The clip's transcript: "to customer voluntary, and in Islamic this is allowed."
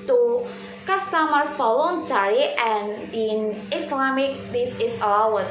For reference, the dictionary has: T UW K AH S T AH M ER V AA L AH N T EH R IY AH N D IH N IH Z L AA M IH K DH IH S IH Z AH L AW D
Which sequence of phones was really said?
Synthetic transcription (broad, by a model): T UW K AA S T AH M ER F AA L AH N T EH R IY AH N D IH N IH S L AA M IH K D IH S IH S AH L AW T